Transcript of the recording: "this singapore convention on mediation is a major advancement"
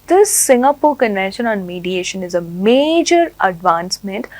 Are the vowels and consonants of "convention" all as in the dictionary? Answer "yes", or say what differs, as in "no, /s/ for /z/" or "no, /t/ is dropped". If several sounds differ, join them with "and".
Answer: no, /v/ is dropped and /n/ is dropped